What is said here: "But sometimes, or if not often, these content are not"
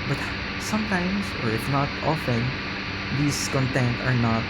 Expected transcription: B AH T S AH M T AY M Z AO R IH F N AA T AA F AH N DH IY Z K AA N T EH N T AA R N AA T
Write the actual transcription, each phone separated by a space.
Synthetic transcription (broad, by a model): B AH T S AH M T AY M S AO R IH F N AA T AA F AH N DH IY S K AA N T EH N T AA R N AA T